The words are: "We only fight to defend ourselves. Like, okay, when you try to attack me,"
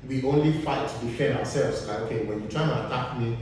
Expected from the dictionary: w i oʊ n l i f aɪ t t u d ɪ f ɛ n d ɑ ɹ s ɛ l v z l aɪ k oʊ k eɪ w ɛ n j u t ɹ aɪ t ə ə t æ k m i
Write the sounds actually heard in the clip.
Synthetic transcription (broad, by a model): w i oʊ n l i f aɪ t t u d ɪ f ɛ n d ɑ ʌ s ɛ l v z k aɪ oʊ k eɪ w ɛ n j u t ɹ aɪ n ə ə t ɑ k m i